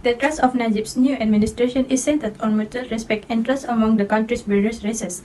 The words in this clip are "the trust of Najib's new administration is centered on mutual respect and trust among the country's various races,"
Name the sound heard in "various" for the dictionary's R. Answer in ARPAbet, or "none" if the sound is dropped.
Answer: L